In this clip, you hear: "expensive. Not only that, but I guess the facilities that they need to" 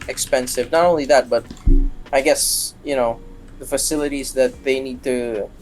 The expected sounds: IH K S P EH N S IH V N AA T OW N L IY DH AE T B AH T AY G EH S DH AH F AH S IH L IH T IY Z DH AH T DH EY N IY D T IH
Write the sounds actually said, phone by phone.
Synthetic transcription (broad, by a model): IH K S P EH N S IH V N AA T OW N L IY DH AE T B AH T AY G EH S DH AH F AH S IH L IH T IY Z DH AH T DH EY N IY D T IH